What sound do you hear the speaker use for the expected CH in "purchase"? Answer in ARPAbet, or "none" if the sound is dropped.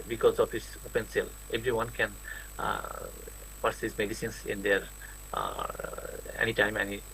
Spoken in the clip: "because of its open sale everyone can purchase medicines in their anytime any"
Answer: S